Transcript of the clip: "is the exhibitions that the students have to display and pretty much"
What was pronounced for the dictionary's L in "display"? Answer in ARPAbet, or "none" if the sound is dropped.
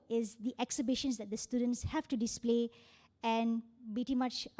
L